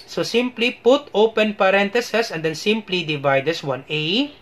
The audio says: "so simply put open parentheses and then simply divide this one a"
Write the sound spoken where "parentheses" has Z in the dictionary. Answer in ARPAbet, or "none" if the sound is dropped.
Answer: S